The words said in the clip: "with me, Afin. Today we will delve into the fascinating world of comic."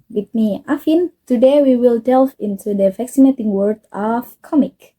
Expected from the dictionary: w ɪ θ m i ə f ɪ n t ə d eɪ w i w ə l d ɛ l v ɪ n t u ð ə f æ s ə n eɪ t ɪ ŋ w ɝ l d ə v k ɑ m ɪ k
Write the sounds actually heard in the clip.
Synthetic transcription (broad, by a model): w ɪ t m i ə f ɪ n t ə d eɪ w i w ə l d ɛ l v ɪ n t u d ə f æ s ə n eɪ t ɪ ŋ w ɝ d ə f k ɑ m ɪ k